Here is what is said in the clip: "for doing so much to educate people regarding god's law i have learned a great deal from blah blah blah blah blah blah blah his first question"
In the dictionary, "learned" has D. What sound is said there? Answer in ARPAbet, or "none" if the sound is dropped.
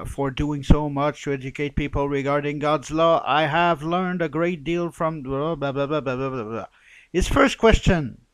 D